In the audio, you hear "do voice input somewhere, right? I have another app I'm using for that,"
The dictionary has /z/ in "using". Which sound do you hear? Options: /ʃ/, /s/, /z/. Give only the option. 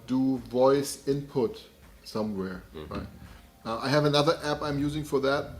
/z/